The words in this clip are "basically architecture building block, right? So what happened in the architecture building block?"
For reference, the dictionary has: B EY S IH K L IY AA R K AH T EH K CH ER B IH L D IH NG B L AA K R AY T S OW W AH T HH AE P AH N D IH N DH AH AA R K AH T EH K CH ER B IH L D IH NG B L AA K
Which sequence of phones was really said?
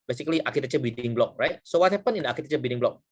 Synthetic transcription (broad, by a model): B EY S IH K L IY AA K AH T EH CH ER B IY D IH NG B L AA K R AY T S OW W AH T HH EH P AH N IH N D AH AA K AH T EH CH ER B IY D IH NG B L AA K